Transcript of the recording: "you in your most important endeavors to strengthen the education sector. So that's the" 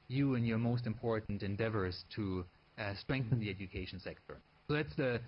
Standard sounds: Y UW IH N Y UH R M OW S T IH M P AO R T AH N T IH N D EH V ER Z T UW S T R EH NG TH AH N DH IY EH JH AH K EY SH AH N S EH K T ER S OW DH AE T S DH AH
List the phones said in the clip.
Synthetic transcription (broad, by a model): Y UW IH N Y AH R M OW S T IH M P AO R T N T IH N D EH V ER Z T UW S T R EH NG TH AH N DH IY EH JH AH K EY SH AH N S EH K T ER S OW DH AE T S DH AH